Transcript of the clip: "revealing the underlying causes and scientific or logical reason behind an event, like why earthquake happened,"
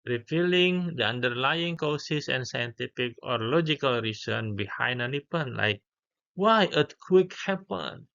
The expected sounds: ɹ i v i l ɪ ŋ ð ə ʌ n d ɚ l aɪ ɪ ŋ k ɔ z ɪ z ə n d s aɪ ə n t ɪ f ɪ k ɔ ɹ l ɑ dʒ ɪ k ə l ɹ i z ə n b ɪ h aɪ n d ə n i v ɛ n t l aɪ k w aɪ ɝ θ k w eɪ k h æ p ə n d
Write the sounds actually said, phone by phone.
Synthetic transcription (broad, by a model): ɹ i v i l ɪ ŋ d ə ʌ n d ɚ l aɪ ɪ ŋ k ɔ s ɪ s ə n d s aɪ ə n t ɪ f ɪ k ɔ ɹ l ɑ dʒ ɪ k ə l ɹ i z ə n b ɪ h aɪ n d ə n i p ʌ n l aɪ k w aɪ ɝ t k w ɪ k h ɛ p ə n